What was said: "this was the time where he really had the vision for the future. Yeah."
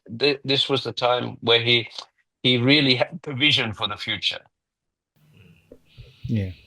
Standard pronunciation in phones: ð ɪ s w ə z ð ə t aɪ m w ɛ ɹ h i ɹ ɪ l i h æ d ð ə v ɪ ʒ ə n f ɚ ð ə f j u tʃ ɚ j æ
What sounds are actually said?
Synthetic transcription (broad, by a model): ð ɪ s w ə z ð ə t aɪ m w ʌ ɹ h i ɹ ɪ l i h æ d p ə v ɪ ʒ ə n f ɚ ð ə f j u tʃ ɚ j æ